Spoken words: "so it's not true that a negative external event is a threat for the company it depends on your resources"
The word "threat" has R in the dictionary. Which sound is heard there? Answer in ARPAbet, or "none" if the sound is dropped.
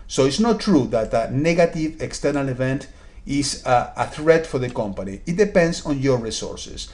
R